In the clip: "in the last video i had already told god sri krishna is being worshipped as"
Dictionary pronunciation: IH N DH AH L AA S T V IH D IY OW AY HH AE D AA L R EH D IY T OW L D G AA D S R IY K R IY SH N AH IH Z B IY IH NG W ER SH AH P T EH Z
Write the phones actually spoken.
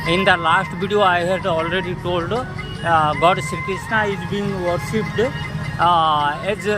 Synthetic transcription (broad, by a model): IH N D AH L AA S T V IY D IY OW AY HH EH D AA L R EH D IY T OW L D G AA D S IY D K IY S N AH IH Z B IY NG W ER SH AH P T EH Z